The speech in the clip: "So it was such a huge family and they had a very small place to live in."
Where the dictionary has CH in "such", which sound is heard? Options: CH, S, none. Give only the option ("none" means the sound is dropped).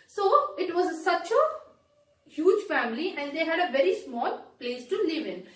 CH